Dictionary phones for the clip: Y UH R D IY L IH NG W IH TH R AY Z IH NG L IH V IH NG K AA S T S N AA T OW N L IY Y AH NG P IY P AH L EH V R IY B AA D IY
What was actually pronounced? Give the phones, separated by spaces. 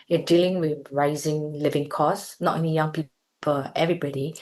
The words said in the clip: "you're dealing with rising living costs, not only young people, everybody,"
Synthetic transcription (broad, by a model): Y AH D IY L IH NG W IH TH R AY Z IH NG L IH V IH NG K AA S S N AA T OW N IY Y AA NG P IY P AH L EH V R IY B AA D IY